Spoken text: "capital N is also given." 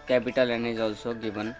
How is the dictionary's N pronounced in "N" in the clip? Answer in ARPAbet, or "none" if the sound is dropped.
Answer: N